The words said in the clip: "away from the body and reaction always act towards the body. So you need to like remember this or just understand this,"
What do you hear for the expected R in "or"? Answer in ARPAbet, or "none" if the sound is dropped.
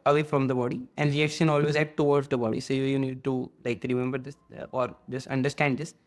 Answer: R